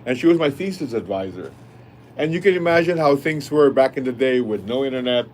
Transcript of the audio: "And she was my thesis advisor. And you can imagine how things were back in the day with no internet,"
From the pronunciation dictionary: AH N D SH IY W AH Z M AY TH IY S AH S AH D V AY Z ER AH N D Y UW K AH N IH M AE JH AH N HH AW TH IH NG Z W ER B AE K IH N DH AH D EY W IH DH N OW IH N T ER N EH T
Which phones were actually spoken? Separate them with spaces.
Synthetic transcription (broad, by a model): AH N SH IY W AH Z M AY F IY S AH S AH D V AY Z ER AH N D Y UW K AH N IH M AE JH AH N HH AW TH IH NG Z W ER B AE K IH N DH AH D EY W IH DH N OW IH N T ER N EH T